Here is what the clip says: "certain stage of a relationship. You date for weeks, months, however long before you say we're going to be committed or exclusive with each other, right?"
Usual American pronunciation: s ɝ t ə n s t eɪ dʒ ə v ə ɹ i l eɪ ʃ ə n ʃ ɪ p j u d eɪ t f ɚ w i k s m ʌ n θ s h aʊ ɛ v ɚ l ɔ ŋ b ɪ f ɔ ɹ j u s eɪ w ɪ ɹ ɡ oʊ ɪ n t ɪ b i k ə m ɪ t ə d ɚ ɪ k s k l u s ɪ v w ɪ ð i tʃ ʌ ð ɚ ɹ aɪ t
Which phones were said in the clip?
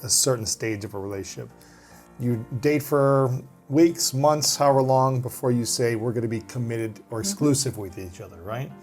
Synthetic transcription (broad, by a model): s ɝ t n s t eɪ dʒ ə v ə ɹ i l eɪ ə ʃ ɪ p j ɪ d eɪ t f ɚ w i k s m ʌ n θ s h aʊ ɚ l ɔ ŋ b ɪ f ɔ ɹ j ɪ s eɪ w ɪ ɹ ɡ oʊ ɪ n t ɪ b i k ə m ɪ t ə d ɚ ɪ k s k l u s ɪ v w ɪ ð i tʃ ʌ ð ɚ ɹ aɪ t